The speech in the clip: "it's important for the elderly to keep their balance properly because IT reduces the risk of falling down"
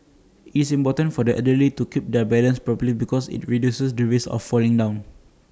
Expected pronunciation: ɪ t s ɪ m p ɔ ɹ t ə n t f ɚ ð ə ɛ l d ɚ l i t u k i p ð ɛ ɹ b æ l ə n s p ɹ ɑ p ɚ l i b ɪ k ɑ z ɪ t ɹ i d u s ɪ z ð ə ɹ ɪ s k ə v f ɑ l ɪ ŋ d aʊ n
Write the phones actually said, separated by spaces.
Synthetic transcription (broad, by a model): ɪ t s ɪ m p ɔ t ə n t f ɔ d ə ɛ d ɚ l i t u k i p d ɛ b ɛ l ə n s p ɹ ɑ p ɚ l i b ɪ k ɑ s ɪ t ɹ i d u s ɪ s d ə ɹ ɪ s ə f ɑ l ɪ ŋ d aʊ n